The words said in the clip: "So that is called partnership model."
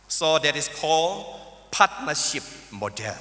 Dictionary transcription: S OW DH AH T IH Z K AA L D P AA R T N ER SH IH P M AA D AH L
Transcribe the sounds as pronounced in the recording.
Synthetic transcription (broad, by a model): S OW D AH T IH S K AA L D P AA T N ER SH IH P M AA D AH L